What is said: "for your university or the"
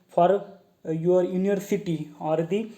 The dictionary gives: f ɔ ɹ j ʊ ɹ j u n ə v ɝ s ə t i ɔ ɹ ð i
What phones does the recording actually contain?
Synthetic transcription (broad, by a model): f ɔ ɹ j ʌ ɹ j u n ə ɝ s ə t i ɔ ɹ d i